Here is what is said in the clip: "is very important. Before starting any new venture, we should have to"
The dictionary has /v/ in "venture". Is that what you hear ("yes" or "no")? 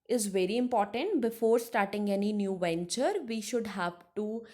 yes